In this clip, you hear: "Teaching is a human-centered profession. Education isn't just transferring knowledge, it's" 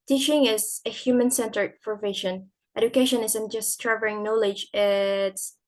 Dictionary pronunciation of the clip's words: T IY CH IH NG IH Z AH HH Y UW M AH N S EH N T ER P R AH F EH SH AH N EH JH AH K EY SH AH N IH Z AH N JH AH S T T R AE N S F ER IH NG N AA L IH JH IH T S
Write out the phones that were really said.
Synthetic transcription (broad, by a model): T IY CH IH NG IH Z AH HH Y UW M AH N S EH N T ER F R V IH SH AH N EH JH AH K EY SH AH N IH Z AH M JH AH S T T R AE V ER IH NG N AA L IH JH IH T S